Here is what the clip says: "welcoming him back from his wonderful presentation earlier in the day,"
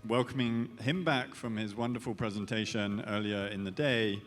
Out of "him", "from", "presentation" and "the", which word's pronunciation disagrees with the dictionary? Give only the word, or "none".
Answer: none